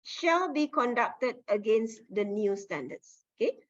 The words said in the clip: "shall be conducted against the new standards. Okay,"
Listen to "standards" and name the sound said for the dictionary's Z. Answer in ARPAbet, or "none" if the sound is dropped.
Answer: S